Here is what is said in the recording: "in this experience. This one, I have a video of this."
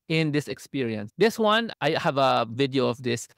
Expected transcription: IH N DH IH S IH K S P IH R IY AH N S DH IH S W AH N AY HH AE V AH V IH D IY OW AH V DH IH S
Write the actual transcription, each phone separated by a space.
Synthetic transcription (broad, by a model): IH N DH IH S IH K S P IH R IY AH N S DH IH S W AH N AY HH AE V AH V IH D IY OW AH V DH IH S